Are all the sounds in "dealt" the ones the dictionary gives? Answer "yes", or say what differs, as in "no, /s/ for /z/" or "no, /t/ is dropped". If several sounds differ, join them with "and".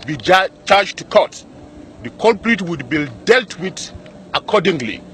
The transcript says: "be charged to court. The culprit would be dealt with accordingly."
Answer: yes